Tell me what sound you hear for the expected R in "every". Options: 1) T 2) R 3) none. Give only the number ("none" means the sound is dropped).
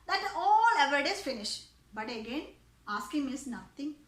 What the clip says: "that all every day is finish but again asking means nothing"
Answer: 3